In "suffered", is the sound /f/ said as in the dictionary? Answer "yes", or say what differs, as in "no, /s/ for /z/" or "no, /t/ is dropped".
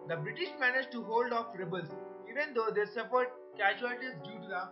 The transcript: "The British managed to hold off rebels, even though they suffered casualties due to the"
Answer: no, /p/ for /f/